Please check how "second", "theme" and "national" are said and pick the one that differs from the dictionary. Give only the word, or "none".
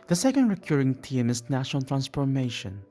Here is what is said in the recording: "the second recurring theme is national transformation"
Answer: theme